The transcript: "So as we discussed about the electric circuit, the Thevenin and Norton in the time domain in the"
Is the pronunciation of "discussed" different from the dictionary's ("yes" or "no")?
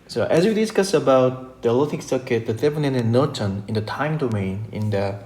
yes